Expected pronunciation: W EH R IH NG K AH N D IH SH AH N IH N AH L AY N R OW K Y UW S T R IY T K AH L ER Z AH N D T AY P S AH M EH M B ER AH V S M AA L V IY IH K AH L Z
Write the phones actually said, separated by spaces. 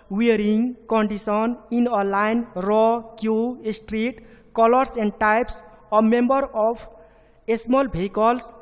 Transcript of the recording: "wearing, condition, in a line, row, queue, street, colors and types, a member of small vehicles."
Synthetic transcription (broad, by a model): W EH R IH NG K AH N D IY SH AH N IH N AH L AY N R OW K Y UW S T R IY T K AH L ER S AH N D T AY P S AH M EH M B ER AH P S M AA L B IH K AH L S